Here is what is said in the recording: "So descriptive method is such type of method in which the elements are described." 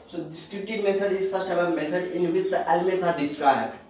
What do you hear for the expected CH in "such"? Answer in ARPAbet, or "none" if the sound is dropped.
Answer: S